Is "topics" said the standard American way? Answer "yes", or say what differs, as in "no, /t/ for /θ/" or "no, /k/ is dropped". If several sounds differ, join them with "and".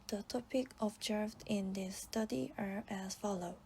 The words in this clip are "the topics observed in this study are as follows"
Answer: no, /s/ is dropped